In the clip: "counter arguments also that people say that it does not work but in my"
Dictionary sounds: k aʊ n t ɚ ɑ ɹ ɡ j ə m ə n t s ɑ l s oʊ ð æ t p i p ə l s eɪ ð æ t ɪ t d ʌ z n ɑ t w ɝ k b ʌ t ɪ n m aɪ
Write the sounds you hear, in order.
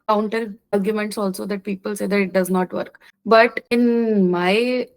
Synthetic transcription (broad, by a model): k aʊ n t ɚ ɑ ɹ ɡ j ə m ə n t s ɑ l s oʊ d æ t p i p ə l s eɪ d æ t ɪ t d ʌ z n ɑ t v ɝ k b ʌ t ɪ n m aɪ